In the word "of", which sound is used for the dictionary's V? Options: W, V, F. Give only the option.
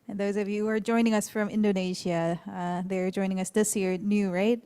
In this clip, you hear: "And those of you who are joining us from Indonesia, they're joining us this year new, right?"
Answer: V